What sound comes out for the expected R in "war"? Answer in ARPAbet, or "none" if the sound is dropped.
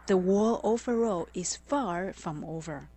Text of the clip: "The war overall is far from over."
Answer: L